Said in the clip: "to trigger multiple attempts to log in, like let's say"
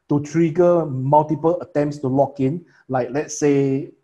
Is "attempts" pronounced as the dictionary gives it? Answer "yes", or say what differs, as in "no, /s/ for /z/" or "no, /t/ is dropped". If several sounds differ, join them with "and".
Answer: yes